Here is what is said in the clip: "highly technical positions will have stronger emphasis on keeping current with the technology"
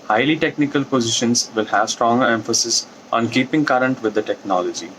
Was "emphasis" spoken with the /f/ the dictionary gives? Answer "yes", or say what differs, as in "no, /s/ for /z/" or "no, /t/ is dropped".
yes